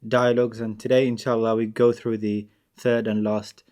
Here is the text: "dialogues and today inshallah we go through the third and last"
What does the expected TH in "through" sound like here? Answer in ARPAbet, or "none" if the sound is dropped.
TH